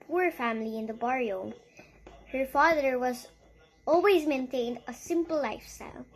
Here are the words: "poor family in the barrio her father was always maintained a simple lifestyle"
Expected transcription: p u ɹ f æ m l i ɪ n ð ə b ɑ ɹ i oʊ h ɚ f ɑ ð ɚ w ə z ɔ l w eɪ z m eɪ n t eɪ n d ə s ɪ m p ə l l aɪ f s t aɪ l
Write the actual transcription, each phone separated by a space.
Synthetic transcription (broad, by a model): p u ɹ f æ m l i ɪ n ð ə b ɑ ɹ i oʊ h ɚ f ɑ ð ɚ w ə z ɔ l w eɪ z m eɪ n t eɪ n d ə s ɪ m p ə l l aɪ f s t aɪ l